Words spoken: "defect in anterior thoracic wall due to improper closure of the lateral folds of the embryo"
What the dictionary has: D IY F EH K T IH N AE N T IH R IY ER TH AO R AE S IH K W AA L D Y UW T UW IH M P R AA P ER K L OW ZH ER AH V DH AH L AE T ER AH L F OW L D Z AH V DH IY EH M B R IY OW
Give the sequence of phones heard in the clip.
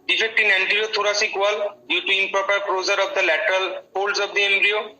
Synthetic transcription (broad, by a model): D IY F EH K T IH N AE N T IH R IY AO T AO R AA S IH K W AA L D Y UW T UW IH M P R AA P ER K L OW Z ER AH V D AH L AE T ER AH L P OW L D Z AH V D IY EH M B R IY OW